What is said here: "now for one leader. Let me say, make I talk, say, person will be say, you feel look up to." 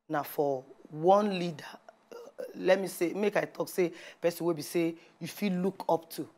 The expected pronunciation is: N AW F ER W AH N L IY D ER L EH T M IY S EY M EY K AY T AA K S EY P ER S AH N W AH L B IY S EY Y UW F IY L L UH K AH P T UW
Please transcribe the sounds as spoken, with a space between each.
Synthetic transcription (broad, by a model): N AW F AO W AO N L IY D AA L EH T M IY S EY M EY K AY T AA K S EY P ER S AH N W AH B IY S EY Y UW F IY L L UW K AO P T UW